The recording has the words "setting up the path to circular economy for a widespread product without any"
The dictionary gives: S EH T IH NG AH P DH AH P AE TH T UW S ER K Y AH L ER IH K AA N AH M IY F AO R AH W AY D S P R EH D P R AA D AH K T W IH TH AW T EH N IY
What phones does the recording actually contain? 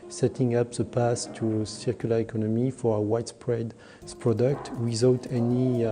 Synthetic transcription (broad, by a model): S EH T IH NG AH P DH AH P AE S T UW S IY K Y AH L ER IH K AA N AH M IY F AO R AH W AY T S P R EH D P R AA D AH K T W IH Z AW T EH N IY